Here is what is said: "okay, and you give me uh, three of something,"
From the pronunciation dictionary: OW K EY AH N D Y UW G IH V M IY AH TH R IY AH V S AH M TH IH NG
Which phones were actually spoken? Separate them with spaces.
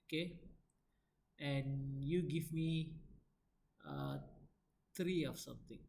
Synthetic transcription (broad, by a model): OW K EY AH N Y UW G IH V M IY AH T R IY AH F S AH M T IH NG